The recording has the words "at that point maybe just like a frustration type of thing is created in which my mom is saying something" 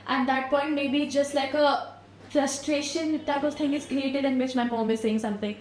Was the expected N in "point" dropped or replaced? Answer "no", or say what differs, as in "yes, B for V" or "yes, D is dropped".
no